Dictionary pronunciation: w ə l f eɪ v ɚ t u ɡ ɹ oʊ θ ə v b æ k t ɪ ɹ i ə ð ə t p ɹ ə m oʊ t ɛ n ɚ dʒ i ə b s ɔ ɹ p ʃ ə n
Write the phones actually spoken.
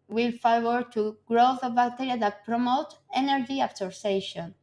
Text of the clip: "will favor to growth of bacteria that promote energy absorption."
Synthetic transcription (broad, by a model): w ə l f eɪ w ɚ t u ɡ ɹ oʊ θ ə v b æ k t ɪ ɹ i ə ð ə t p ɹ ə m oʊ t ɛ n ɚ dʒ i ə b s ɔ ɹ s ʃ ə n